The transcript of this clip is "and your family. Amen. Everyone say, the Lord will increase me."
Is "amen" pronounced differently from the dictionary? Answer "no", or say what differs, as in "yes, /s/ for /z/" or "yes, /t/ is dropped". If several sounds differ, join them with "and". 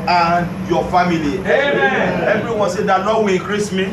yes, /n/ is dropped